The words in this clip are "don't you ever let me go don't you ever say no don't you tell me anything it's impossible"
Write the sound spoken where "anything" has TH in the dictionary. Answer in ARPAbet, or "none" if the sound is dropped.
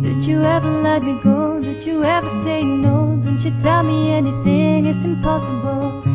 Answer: TH